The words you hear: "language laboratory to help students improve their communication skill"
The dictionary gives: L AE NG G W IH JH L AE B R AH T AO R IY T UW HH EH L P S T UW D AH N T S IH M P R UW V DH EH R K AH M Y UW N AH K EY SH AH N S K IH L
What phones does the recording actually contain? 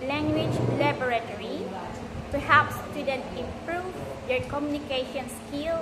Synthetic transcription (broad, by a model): L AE NG G W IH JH L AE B R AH T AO R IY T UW HH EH P S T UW D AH N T IH M P R UW V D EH R K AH M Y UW N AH K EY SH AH N S K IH L